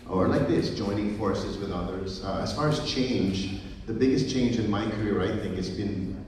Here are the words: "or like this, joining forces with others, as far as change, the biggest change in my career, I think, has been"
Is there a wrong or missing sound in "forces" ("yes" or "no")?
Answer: no